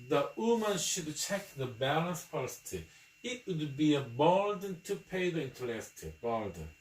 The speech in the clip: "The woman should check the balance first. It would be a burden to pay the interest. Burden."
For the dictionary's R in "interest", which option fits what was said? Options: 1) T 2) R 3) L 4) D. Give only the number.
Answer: 3